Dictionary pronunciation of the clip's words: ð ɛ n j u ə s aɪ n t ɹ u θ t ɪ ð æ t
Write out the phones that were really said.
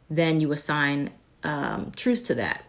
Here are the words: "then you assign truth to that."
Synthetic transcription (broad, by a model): ð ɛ n j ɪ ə s aɪ n t ɹ u θ t ɪ ð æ t